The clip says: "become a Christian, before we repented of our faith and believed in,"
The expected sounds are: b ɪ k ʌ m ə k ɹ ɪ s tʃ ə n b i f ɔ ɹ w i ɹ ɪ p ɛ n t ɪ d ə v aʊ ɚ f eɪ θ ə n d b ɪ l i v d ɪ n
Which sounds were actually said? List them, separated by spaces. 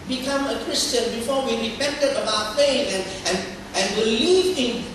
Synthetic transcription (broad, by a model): b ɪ k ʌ m ə k ɹ ɪ s tʃ ə n b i f ɔ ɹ w i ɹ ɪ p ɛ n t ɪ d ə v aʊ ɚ p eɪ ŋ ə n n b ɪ l i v ɪ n